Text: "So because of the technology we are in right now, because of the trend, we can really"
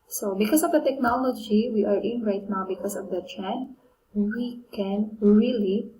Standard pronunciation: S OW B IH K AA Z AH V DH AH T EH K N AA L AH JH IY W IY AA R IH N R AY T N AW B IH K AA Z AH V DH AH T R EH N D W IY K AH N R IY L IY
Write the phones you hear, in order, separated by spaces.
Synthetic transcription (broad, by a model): S OW B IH K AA S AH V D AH T EH K N AA L AH JH IY W IY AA R IH N R AY T N AW B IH K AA S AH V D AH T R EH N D W IY K AH N R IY L IY